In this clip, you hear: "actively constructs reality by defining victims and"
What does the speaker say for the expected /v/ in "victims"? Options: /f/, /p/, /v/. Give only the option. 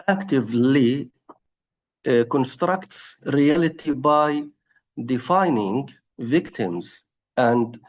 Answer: /v/